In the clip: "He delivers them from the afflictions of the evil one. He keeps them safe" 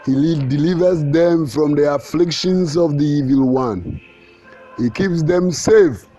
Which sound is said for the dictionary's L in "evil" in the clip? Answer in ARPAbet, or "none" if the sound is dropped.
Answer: L